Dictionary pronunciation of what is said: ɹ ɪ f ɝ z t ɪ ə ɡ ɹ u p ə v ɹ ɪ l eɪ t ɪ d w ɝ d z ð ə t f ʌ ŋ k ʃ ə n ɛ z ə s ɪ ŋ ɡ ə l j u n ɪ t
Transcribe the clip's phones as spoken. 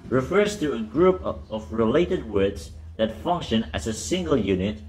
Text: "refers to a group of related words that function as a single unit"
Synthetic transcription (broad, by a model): ɹ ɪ f ɝ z t ɪ ə ɡ ɹ u p ə v ɹ ɪ l eɪ t ɪ d w ɝ d z ð ə t f ʌ ŋ k ʃ ə n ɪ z ə s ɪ ŋ ɡ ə l j u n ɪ t